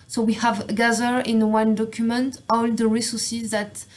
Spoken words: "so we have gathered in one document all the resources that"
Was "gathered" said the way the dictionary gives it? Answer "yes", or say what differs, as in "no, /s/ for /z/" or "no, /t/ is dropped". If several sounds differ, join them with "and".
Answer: no, /d/ is dropped